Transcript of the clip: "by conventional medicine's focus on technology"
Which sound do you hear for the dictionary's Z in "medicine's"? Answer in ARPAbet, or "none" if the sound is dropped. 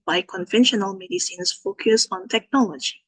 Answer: S